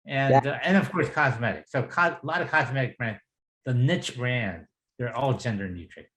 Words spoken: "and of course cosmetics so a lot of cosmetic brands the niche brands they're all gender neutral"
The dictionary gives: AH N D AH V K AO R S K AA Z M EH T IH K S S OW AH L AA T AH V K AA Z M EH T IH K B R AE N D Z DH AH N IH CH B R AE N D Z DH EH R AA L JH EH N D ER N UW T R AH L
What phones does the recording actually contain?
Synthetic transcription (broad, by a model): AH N AH V K AO R S K AA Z M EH T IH K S S OW AH L AA T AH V K AA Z M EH T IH K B R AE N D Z DH AH N IH CH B R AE N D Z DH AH R AA L JH EH N D ER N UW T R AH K